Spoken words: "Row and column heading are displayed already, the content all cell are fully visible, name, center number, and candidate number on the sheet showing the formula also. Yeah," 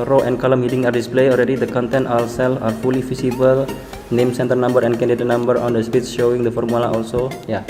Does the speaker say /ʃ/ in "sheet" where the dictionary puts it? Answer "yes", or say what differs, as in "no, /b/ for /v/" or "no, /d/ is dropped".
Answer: no, /s/ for /ʃ/